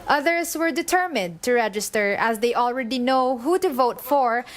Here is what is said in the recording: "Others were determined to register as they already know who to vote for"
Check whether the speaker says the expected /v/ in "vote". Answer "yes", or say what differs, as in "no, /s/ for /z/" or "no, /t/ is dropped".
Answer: yes